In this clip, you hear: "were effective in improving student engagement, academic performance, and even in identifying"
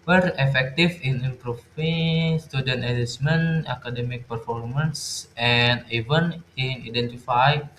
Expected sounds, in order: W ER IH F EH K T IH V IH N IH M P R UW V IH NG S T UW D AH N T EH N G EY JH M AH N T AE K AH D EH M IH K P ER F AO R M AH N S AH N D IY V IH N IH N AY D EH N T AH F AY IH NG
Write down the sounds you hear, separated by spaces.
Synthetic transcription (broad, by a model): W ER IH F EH K T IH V IH N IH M P R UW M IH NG S T UW D AH N T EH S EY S M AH N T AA K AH D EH M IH K P ER F AO R M AH N S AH N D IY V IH N IH N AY D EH N T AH F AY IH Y